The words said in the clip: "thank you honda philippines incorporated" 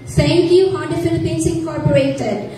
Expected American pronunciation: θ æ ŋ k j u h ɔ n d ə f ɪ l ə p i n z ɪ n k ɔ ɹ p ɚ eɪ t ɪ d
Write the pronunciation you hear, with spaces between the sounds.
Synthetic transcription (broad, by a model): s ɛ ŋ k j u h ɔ d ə f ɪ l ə p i n s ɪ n k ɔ ɹ p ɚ eɪ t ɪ d